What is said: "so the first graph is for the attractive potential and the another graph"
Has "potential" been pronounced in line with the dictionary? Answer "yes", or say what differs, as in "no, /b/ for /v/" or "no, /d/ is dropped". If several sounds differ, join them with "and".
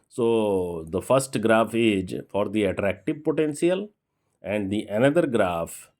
no, /s/ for /ʃ/